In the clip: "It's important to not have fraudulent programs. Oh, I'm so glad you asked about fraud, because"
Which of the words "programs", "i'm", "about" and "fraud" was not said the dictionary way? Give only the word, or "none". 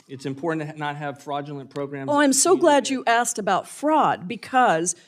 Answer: programs